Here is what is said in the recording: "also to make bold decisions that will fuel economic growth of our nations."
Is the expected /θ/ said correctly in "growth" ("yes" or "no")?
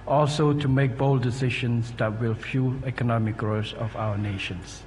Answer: no